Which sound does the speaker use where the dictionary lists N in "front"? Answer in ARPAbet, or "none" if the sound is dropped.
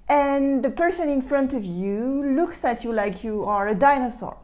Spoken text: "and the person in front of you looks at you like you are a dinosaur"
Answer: N